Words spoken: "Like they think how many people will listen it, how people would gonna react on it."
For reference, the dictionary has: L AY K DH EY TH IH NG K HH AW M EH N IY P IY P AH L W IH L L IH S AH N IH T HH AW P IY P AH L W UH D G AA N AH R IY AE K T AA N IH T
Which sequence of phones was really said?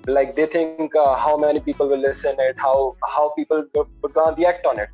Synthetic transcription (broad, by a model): L AY K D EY T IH NG K HH AW M EH N IY P IY P AH L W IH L L IH S AH N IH T HH AW P IY P AH L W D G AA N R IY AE K T AA N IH T